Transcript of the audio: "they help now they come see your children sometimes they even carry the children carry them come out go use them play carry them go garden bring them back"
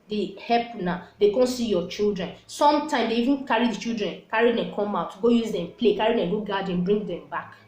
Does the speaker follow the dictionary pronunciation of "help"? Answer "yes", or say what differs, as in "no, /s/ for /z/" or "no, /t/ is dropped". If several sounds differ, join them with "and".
no, /l/ is dropped